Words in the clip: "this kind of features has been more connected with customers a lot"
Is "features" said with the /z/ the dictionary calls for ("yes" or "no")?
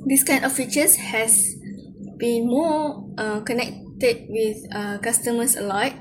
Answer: no